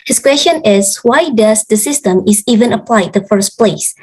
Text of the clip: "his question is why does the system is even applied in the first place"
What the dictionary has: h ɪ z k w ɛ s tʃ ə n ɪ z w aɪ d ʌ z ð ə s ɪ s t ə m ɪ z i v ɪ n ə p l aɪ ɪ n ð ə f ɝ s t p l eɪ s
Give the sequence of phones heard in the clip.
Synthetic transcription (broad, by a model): h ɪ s k w ɛ s tʃ ə n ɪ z w aɪ d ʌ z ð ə s ɪ s t ə m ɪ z i v ɪ n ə p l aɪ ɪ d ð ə f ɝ s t p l eɪ s